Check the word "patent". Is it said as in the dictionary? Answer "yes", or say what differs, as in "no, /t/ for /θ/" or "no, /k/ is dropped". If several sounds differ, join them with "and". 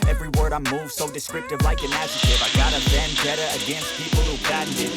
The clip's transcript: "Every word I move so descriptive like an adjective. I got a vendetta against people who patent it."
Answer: no, /b/ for /p/